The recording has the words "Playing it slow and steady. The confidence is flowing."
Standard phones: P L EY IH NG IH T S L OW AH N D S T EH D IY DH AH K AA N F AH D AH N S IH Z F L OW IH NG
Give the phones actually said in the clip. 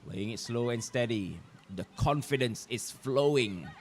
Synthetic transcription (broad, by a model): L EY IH NG IH T S L OW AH N S T EH D IY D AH K AA N F AH D AH N S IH S F L OW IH NG